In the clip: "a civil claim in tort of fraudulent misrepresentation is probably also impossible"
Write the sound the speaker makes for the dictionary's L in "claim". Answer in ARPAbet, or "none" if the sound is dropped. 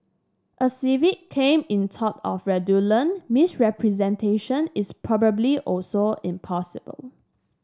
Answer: none